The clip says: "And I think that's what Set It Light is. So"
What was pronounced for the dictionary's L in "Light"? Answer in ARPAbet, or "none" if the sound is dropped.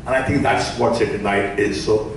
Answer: N